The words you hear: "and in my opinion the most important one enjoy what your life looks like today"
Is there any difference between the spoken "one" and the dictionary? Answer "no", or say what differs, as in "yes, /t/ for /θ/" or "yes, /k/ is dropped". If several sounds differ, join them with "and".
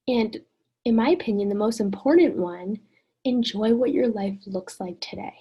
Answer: no